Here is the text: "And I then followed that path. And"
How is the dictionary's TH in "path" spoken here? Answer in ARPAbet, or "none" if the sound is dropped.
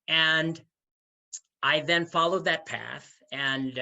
TH